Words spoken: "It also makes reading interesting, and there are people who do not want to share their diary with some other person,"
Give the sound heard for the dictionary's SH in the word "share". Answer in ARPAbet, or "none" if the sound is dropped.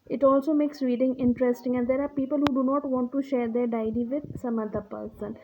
SH